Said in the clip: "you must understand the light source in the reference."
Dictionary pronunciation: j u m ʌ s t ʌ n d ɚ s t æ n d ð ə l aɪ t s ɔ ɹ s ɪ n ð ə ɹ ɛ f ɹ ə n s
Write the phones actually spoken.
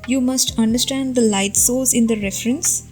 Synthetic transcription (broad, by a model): j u m ʌ s t ʌ n d ɚ s t æ n d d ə l aɪ t s ɔ l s ɪ n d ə ɹ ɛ f ɹ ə n s